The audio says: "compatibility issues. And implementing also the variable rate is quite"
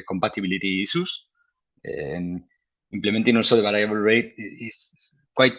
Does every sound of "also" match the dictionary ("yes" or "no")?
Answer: no